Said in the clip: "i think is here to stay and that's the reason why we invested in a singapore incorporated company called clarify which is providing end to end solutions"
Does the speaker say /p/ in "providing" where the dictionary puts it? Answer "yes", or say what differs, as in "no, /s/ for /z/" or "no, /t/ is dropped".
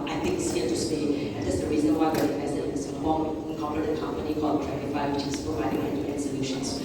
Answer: yes